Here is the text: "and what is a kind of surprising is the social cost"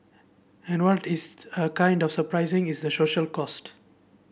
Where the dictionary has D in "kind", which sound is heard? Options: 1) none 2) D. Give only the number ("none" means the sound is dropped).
2